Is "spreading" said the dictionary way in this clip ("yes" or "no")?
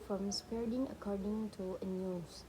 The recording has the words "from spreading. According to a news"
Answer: no